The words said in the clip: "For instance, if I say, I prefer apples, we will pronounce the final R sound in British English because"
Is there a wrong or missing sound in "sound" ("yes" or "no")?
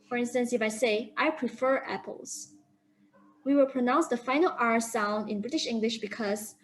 no